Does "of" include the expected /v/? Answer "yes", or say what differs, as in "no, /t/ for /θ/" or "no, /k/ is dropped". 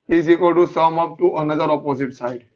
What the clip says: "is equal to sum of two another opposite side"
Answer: no, /p/ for /v/